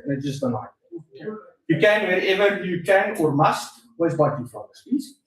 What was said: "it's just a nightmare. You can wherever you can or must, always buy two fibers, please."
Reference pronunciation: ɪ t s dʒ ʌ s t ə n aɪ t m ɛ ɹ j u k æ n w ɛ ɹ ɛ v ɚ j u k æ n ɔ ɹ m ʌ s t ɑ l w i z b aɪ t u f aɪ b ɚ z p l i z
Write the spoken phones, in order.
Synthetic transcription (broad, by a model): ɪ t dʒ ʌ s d ə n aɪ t j u k æ n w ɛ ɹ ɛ v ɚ j u k æ n ɔ ɹ m ʌ s t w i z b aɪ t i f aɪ ɚ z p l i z